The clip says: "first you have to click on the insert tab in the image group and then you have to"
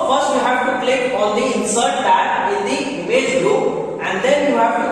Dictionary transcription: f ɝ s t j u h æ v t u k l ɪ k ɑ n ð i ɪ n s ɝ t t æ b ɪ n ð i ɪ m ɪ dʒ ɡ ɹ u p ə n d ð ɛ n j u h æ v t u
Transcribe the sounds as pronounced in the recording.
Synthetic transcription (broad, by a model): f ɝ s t j u h æ v t u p l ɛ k ɑ n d i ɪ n s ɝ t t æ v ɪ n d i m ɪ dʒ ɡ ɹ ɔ ə n d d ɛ n j u h æ v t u